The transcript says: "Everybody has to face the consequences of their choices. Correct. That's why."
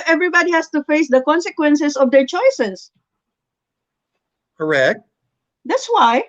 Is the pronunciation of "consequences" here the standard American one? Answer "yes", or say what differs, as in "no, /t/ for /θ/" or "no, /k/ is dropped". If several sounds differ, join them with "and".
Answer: no, /s/ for /z/